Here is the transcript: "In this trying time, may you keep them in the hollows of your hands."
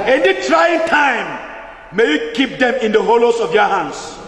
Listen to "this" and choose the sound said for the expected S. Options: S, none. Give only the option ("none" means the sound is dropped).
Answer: none